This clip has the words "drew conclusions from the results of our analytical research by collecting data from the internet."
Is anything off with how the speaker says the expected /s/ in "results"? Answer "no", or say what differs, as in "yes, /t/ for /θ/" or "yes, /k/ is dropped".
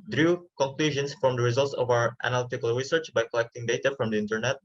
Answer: no